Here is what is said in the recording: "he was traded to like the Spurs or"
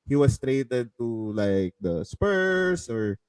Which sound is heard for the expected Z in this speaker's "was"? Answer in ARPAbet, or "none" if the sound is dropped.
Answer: S